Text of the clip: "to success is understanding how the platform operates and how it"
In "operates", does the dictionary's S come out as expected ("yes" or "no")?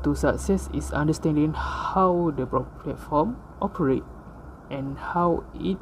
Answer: no